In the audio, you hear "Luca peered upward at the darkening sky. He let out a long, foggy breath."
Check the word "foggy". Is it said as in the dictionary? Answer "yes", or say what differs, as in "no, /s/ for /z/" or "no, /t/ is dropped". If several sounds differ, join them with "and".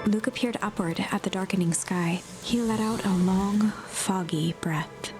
yes